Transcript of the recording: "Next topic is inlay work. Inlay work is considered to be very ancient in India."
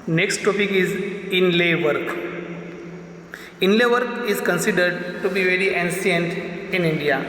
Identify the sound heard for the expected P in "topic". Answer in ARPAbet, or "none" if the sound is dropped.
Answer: P